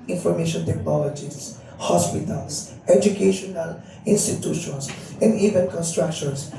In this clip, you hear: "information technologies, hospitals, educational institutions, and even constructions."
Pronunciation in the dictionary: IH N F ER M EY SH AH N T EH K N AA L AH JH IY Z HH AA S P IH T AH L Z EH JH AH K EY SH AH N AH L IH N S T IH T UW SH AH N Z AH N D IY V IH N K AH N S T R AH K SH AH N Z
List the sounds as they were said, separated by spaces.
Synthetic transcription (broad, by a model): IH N F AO M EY SH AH N T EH K N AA L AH JH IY S HH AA S P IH T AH L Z EH JH AH K EY SH AH N AH L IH N S T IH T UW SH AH N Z AH N D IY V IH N K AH N S T R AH K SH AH N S